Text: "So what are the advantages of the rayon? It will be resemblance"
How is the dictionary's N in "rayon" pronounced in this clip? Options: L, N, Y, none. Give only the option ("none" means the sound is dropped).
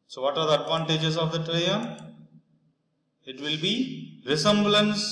none